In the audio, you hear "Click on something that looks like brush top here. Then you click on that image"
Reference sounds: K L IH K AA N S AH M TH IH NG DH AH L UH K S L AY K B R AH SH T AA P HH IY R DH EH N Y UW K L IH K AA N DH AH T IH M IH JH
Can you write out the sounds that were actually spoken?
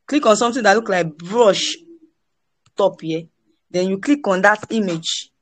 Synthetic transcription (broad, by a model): K L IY K AA N S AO M T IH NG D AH L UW K L AY K B R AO SH T AA P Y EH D EH N Y UW K L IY K AA N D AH T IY M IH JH